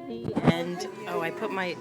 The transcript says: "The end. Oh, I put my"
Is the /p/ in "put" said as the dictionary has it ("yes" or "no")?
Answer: yes